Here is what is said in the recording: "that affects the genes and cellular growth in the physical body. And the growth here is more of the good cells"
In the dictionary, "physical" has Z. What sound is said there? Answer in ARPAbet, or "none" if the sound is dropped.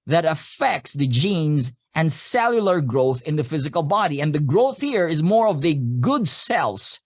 Z